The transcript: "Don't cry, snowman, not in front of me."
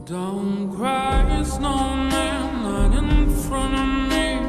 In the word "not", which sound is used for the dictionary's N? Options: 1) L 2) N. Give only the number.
1